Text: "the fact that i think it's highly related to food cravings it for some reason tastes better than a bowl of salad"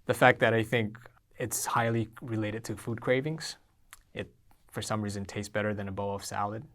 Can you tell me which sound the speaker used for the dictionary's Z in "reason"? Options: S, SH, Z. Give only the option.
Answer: Z